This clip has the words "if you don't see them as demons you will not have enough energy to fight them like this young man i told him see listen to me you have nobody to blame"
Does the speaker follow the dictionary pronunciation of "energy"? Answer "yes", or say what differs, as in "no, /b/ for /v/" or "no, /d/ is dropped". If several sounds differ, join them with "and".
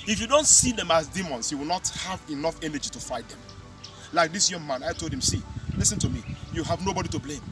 yes